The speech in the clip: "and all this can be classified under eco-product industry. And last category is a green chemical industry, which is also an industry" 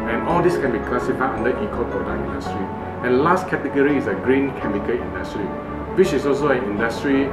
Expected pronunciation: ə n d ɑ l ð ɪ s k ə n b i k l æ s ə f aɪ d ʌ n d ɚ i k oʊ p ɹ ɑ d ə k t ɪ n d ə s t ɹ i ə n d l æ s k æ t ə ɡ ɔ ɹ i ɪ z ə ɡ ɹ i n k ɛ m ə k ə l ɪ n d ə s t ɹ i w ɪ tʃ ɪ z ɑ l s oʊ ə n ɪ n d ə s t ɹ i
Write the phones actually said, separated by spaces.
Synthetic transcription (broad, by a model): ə n ɑ l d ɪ s k ə n b i k l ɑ s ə f aɪ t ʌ n d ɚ i k oʊ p ɹ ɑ d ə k ɪ n d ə s t ɹ i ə n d l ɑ s k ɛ t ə ɡ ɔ ɹ i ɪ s ə ɡ ɹ i n k ɛ m ə k ə l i n d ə s t ɹ i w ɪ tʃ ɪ s ɑ l s oʊ ə n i n d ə s t ɹ i